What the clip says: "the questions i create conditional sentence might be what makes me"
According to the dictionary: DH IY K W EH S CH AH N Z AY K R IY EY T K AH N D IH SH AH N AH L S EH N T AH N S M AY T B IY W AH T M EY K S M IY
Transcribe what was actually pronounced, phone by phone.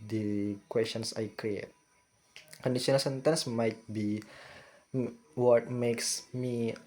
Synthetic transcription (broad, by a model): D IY K W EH S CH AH N S AY K R IY EY T K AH N D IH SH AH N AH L S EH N T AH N S M AY T B IY W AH T M EY K S M IY